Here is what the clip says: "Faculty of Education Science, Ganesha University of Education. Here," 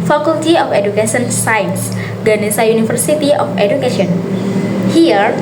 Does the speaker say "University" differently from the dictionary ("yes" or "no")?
yes